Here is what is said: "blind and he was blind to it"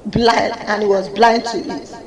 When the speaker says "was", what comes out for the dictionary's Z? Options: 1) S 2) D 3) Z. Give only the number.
3